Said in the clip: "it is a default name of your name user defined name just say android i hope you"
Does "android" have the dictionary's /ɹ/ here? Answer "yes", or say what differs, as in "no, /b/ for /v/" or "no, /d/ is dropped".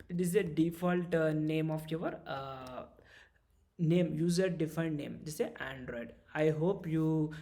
yes